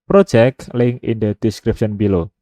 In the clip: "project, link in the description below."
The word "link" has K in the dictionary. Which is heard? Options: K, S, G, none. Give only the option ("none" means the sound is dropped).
none